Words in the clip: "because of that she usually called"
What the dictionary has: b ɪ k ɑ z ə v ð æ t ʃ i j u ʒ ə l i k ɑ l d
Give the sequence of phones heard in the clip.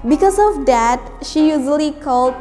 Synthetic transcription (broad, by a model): b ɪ k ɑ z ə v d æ t ʃ i j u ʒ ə l i k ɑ l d